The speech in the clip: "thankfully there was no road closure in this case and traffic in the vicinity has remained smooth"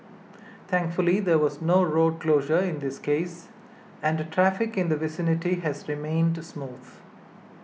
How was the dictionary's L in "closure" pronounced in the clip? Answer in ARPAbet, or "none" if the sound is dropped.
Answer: L